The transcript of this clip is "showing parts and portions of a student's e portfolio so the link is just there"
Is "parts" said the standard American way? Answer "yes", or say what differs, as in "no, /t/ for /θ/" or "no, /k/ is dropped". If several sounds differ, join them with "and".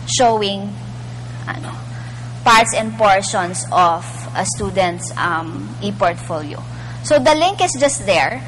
yes